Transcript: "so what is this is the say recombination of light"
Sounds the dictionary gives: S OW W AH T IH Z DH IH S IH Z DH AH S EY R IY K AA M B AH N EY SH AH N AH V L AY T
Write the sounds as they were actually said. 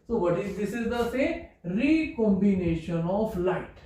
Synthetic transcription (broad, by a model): S OW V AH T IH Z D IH S IH Z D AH S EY R IY K AA M B AH N EY SH AH N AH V L AY T